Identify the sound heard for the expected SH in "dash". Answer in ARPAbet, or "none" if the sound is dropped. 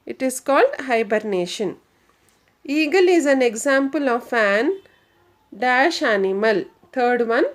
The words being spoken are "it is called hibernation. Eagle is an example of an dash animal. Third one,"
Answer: SH